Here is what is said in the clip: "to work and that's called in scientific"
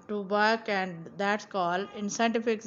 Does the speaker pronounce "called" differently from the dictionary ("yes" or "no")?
yes